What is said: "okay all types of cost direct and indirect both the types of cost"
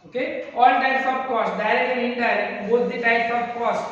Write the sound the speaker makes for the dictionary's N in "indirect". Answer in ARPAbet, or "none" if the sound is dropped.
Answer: none